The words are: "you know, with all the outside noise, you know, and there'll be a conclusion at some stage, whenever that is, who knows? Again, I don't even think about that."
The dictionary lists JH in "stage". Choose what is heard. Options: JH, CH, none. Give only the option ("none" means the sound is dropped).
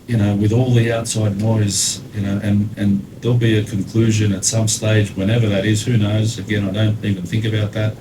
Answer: JH